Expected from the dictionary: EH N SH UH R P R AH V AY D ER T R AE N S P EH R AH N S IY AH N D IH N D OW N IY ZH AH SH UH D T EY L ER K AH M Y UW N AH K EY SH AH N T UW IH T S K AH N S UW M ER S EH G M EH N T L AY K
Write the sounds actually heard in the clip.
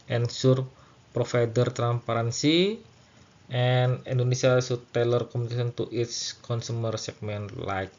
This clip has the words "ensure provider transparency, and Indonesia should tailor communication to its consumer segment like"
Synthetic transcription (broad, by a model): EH N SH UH R P R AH F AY D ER T R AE N S P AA R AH N S IY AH N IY N D OW N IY S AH S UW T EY L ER K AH M UW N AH K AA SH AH N T UW IH T S K AH N S UW M ER S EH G M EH N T L AY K